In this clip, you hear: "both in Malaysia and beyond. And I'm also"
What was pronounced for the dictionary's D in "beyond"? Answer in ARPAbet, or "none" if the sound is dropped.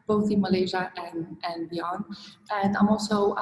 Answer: none